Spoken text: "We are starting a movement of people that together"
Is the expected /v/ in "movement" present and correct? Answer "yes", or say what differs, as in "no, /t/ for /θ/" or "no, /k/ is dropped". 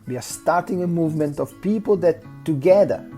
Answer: yes